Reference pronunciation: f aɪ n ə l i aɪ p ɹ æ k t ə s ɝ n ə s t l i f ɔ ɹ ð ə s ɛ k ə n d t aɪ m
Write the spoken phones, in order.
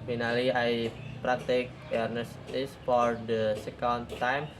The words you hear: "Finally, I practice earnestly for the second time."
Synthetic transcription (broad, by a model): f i n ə l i aɪ p ɹ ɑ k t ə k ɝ n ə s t i f ɔ ɹ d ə s ɛ k ə n d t aɪ m